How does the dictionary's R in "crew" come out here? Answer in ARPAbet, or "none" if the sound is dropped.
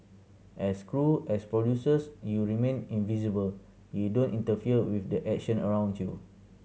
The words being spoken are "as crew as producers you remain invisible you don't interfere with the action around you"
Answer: R